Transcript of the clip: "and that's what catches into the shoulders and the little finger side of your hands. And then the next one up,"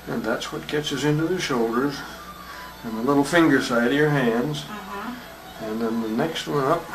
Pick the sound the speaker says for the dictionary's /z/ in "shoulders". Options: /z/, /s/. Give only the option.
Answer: /z/